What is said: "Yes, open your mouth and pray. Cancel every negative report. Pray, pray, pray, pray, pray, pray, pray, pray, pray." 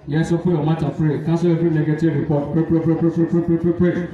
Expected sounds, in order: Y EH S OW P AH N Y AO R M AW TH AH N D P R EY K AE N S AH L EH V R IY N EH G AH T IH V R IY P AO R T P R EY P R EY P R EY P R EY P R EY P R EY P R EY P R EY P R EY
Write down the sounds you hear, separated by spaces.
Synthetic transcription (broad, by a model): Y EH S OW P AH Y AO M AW T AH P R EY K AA S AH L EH F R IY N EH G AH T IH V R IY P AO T P R EY P R EY P R EY P R EY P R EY P R EY P R EY P R EY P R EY